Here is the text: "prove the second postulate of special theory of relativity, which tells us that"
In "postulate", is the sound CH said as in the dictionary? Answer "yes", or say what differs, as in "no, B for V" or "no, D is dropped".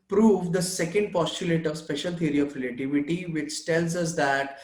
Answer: yes